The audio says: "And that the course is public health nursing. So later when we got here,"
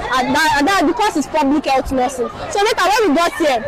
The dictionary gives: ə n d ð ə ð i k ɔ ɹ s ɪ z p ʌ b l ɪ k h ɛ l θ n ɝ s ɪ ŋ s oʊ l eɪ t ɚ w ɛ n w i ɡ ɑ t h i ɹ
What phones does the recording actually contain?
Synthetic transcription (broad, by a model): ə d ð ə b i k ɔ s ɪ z p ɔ b l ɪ k h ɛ l t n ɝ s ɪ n s oʊ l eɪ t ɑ w ɛ n w i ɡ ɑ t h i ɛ